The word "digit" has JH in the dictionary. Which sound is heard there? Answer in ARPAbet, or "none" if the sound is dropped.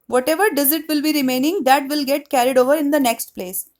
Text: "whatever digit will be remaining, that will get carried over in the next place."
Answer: Z